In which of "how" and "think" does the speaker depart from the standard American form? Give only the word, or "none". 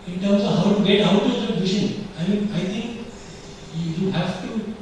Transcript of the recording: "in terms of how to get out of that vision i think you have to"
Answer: think